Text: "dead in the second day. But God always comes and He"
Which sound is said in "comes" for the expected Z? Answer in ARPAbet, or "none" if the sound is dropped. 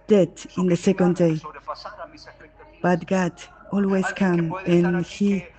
none